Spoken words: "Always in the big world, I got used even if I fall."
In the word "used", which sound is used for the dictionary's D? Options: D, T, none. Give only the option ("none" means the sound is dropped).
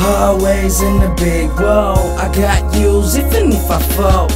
none